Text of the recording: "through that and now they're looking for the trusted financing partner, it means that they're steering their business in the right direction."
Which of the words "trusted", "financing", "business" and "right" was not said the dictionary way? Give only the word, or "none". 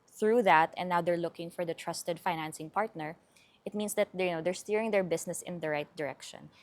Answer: business